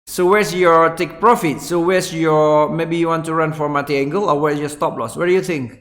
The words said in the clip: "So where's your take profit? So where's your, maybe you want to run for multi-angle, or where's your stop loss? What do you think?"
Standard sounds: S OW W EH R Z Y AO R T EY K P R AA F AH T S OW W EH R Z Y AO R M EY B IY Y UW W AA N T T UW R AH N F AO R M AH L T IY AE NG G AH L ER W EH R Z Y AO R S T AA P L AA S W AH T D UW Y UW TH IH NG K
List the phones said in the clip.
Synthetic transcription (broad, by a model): S OW W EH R S Y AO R T EY K P R AA F AH T S OW W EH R S Y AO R M EY B IY Y UW W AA N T T UW R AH N F AO R M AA T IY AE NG G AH L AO W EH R S Y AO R S T AA P L AA S W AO D UW Y UW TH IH NG K